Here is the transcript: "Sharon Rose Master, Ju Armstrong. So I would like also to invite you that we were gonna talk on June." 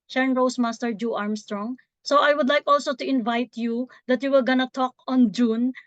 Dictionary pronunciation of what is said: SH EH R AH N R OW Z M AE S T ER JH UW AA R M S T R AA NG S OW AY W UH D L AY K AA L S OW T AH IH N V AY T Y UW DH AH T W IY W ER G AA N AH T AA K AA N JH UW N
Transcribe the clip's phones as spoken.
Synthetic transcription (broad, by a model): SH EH R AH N R OW S M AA S T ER JH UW AA R M S T R AA NG S OW AY W UH D L AY K AA L S OW T AH IH N V AY T Y UW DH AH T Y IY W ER G AA N AH T AA K AA N JH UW N